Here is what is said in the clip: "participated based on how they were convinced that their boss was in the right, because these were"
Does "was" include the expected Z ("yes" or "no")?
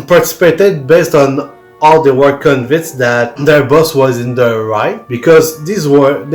yes